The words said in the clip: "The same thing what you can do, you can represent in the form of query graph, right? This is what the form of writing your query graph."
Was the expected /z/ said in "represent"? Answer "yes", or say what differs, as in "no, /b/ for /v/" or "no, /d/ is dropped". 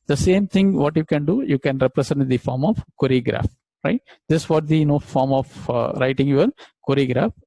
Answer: no, /s/ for /z/